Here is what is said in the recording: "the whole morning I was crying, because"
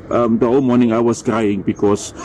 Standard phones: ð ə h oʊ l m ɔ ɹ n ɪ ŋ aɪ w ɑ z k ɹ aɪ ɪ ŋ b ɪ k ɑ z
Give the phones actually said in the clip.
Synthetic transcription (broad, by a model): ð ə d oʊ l m ɔ n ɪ ŋ aɪ w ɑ s k ɹ aɪ ɪ ŋ b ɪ k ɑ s